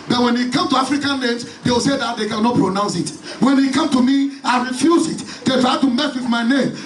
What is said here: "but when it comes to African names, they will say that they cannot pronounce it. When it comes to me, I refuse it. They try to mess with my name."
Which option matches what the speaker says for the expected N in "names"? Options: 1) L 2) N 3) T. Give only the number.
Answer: 1